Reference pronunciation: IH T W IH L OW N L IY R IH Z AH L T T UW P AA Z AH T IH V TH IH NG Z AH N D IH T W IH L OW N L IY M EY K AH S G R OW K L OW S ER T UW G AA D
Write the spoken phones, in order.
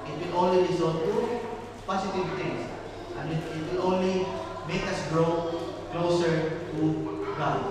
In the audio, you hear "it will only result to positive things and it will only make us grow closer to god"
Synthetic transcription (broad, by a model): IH T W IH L OW N L IY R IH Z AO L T T UW P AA S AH T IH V T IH NG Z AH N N IH T W IH L OW N L IY M EY K AH S G R OW K L OW S ER T UW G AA